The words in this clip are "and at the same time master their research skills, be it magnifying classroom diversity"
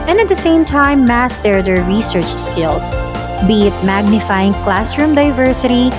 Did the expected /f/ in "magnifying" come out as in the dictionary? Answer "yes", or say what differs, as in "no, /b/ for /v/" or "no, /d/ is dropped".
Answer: yes